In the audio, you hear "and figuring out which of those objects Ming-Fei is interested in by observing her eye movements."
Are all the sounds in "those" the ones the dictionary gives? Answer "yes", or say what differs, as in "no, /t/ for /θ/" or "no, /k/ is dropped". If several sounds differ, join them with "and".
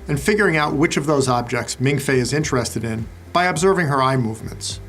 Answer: yes